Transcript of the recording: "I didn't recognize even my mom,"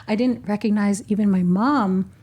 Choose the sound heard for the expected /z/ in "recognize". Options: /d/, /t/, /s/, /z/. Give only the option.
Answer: /z/